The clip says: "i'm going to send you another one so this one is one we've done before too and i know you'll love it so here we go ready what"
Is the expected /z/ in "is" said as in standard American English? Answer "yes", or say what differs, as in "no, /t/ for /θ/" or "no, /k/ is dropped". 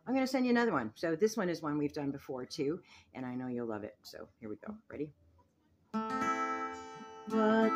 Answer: yes